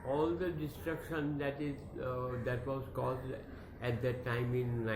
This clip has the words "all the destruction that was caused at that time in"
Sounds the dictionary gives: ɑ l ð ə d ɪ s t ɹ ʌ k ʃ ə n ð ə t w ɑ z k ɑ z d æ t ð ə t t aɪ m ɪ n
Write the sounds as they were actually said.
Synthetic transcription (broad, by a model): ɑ l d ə d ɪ s t ɹ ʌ k ʃ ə n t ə t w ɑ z k ɑ z d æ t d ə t t aɪ m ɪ n